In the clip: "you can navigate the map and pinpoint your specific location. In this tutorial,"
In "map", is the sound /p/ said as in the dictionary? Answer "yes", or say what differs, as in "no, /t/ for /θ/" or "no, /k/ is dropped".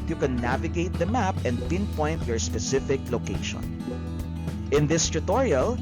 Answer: yes